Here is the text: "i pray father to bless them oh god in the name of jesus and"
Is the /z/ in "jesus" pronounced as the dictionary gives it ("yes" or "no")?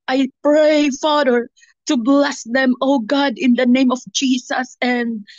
no